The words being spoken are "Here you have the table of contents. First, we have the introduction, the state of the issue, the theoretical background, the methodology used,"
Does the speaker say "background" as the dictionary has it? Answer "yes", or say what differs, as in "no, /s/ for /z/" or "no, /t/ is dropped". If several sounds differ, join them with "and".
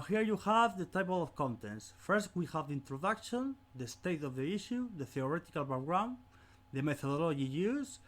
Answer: no, /k/ is dropped